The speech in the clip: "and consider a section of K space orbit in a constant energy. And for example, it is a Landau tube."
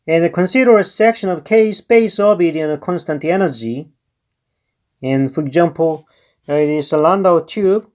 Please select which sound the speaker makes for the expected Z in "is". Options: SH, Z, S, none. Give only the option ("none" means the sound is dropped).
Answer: S